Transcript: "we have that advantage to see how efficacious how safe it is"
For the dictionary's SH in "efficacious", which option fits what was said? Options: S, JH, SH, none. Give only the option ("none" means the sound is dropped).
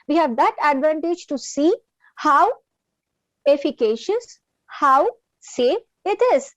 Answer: SH